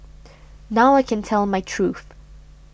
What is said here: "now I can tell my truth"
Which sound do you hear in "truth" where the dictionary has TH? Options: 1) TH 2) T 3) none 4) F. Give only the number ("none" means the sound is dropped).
1